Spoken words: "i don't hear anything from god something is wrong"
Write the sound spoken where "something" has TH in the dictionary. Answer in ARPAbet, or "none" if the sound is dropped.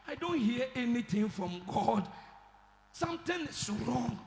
T